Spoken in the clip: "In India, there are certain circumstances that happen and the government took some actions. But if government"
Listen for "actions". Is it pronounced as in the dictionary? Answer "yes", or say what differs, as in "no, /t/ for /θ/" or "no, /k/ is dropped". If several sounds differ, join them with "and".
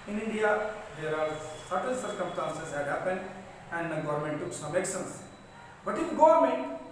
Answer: no, /s/ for /ʃ/ and /s/ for /z/